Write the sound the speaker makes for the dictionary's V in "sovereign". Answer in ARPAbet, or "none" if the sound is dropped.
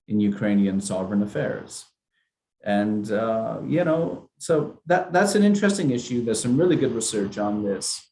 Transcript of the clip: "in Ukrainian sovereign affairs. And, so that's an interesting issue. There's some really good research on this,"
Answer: V